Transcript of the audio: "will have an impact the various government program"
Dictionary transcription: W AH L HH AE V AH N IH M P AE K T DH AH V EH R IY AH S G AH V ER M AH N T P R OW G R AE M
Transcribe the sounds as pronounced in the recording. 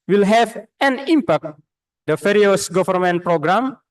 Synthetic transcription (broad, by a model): W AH L HH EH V AH N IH M P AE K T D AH F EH R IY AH S G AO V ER M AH N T P R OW G R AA M